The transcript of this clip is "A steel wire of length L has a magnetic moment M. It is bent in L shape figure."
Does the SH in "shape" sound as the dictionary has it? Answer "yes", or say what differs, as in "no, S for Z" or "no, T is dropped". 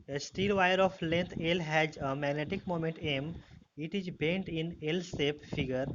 no, S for SH